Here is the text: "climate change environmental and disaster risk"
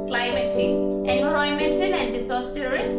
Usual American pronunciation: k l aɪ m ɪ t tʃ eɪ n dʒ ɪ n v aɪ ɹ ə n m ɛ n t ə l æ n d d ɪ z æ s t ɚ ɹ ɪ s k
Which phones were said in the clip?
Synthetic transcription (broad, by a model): k l aɪ m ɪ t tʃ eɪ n ɪ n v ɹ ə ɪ m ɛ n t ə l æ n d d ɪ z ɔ s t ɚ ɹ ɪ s